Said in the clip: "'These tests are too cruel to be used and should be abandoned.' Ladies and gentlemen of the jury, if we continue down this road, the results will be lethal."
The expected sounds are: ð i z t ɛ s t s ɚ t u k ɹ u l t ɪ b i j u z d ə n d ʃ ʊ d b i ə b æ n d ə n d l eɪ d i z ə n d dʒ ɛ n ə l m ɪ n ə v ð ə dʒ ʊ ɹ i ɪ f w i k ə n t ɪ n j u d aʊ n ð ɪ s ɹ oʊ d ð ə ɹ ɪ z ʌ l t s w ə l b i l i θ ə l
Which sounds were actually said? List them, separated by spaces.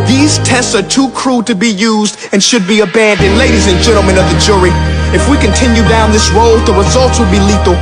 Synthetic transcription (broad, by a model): ð i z t ɛ s t s ɚ t u k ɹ u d t ɪ b i j u z d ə n ʃ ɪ d b i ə b æ n d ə n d l eɪ d i z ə n dʒ ɛ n l m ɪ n ə v ð ə dʒ ʊ ɹ i ɪ f w i k ə n t ɪ n j u d aʊ n ð ɪ s ɹ oʊ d ð ə ɹ ɪ z ʌ l t s w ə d b i l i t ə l